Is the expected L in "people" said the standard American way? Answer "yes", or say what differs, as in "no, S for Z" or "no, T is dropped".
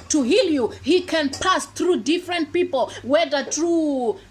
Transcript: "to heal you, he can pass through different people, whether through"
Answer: yes